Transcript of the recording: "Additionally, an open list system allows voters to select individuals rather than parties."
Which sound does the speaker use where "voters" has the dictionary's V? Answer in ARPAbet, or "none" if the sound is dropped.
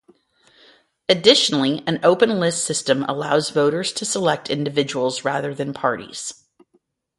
V